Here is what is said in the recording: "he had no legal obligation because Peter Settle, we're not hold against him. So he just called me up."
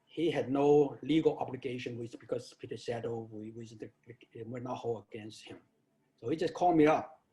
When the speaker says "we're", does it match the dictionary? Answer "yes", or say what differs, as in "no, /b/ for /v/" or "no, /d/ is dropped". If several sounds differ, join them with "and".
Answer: no, /w/ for /ɹ/